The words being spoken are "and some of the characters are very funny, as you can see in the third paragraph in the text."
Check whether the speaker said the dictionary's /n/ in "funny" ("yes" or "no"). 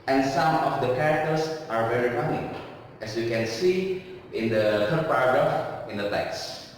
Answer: no